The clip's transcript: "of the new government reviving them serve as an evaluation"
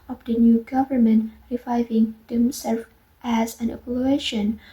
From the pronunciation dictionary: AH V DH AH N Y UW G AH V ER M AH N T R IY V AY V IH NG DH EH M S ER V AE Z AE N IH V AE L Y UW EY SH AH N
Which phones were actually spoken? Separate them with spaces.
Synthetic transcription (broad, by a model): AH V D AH N Y UW G AH V ER M AH N T R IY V AY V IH NG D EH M S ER F AE Z AE N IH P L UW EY SH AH N